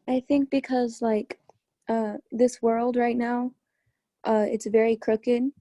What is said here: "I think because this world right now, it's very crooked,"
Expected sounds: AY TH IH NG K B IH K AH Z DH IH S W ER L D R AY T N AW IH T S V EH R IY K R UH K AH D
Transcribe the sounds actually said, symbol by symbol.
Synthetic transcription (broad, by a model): AY TH IH NG K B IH K AH Z DH IH S W ER L D R AY T N AW IH T S V EH R IY K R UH K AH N